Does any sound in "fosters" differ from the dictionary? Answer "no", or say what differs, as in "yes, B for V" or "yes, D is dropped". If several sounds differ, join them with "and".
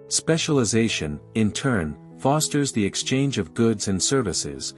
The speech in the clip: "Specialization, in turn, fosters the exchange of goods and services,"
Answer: no